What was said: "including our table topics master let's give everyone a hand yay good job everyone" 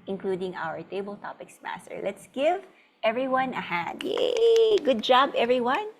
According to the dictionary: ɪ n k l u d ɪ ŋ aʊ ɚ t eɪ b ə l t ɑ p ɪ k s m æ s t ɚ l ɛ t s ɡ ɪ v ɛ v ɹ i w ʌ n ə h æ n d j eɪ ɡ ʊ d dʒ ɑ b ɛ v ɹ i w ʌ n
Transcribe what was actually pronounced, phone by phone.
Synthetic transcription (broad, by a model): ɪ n k l u d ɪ ŋ aʊ ɚ t eɪ b ə l t ɑ p ɪ k s m æ s t ɚ l ɛ t s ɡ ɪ v ɛ v ɹ i w ʌ n ə h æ d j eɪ ɡ ʊ d dʒ ɑ b ɛ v ɹ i w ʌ n